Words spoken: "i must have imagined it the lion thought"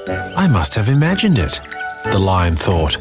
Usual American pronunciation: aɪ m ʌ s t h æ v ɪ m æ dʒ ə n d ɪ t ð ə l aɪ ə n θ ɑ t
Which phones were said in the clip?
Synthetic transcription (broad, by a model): aɪ m ʌ s t h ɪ v ɪ m æ dʒ ə n d ɪ t ð ə l aɪ ə n θ ɑ t